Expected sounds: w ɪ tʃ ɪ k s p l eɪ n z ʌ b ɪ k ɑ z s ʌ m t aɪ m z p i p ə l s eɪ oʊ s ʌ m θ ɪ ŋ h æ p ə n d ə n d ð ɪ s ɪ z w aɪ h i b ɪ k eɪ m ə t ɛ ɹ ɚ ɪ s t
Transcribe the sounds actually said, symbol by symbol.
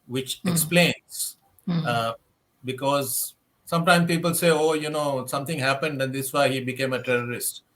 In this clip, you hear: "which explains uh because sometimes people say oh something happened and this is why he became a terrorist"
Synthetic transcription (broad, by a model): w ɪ tʃ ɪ k s p l eɪ n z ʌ b ɪ k ɑ z s ʌ m t aɪ m p i p ə l s eɪ oʊ s ʌ m t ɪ ŋ h æ p ə n d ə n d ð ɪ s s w aɪ h i b ɪ k eɪ m ə t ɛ ɹ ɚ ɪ s t